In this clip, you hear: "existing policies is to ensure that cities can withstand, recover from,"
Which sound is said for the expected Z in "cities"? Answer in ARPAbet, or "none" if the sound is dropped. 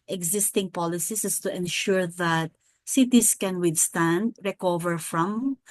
S